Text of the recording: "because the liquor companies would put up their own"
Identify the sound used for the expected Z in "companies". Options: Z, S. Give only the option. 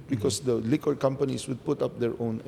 S